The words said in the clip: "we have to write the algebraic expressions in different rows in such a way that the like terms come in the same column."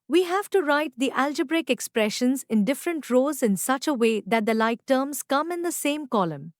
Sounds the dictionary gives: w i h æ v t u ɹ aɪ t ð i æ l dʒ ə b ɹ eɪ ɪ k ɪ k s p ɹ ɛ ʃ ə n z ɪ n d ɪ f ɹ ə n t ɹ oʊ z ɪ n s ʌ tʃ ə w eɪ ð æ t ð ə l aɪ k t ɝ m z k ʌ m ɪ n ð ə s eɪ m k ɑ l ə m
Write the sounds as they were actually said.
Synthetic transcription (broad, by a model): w i h æ v t u ɹ aɪ t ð i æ l dʒ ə b ɹ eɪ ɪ k ɪ k s p ɹ ɛ ʃ ə n z ɪ n d ɪ f ɹ ə n t ɹ oʊ z ɪ n s ʌ tʃ ə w eɪ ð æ t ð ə l aɪ k t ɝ m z k ʌ m ɪ n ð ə s eɪ m k ɑ l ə m